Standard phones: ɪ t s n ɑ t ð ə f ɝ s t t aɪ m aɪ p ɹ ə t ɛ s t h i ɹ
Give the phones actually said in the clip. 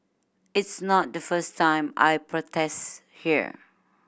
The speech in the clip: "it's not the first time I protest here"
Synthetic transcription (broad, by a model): ɪ t s n ɑ t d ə f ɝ s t t aɪ m aɪ p ɹ ə t ɛ s t h i ɹ